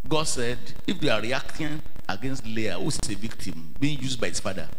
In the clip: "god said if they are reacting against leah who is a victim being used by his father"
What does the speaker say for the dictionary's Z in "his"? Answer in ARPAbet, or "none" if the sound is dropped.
S